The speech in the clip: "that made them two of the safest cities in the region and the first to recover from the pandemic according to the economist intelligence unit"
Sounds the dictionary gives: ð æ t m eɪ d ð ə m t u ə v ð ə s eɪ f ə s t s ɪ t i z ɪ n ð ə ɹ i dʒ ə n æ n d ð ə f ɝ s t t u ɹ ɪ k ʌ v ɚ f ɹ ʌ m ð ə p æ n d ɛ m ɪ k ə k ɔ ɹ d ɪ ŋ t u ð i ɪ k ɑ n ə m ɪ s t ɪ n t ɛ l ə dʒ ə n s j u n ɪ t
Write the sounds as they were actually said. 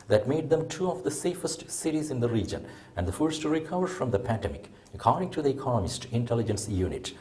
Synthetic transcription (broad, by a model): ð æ t m eɪ d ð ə m t u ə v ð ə s eɪ f ə s t s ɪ t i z ɪ n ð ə ɹ i dʒ ə n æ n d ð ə f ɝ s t t u ɹ ɪ k ʌ v ɚ f ɹ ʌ m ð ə p æ n d ɛ m ɪ k ə k ɔ ɹ d ɪ ŋ t u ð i ɪ k ɑ n ə m ɪ s t ɪ n t ɛ l ə dʒ ə n s j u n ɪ t